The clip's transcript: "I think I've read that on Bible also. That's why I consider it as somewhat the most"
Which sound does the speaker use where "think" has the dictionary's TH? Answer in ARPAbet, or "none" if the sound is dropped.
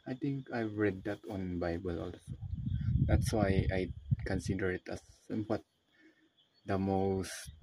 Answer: T